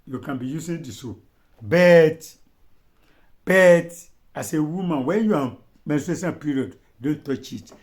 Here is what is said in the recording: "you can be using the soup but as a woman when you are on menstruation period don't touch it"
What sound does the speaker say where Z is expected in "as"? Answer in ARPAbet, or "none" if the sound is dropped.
S